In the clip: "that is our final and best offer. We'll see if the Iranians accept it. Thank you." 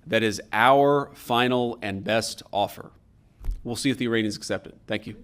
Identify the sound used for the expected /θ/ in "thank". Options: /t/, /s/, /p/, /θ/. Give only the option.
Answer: /θ/